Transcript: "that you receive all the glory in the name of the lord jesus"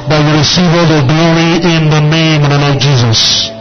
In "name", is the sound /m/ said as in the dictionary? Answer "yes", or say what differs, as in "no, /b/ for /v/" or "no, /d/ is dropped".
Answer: no, /m/ is dropped